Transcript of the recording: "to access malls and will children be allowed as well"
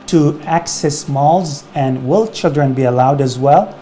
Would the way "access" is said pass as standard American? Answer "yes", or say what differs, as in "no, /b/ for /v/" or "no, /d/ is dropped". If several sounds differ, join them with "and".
yes